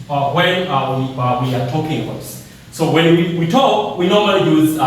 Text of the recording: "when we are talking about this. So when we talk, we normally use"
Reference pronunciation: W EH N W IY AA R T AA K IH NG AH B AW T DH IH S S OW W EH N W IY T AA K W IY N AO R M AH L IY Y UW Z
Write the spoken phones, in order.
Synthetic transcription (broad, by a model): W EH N W IY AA W T AA K IH NG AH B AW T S S OW W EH N W IY T AA K W IY N AO R M AH L IY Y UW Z